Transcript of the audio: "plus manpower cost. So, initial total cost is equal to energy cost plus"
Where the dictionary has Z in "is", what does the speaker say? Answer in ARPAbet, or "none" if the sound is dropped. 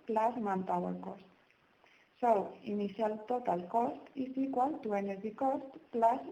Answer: S